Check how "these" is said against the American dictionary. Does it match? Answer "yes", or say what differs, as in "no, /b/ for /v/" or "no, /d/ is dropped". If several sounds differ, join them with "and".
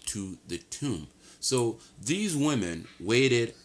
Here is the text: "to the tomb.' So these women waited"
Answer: yes